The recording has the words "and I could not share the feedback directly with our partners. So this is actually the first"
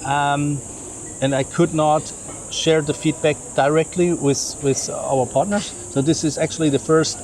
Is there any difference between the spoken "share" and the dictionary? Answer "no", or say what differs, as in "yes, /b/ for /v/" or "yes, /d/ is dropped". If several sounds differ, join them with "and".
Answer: no